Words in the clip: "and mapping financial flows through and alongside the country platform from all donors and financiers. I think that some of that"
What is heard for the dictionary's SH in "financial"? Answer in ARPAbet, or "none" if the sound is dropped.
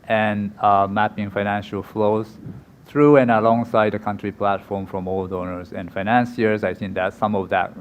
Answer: SH